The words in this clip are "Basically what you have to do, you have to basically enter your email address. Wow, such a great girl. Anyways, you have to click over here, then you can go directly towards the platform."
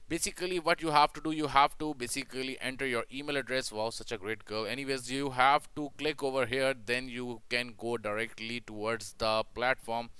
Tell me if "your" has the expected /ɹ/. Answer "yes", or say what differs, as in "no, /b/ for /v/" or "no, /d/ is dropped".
yes